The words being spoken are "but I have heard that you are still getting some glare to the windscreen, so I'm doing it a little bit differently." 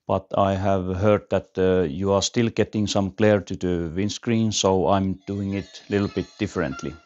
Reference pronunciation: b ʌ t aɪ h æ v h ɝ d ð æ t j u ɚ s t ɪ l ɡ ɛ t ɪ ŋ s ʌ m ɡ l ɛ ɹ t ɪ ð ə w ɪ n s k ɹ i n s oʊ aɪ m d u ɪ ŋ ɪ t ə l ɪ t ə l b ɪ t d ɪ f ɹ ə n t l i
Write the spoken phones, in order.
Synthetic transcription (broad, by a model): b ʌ t aɪ h æ v h ɝ d ð æ t j u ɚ s t ɪ l ɡ ɛ t ɪ ŋ s ʌ m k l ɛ ɹ t ɪ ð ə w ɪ n s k ɹ i n s oʊ aɪ m d u ɪ ŋ ɪ t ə l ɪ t l b ɪ t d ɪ f ɹ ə n t l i